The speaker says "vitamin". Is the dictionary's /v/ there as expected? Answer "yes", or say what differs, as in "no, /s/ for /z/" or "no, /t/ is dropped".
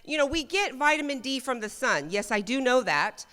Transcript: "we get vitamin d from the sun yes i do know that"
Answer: yes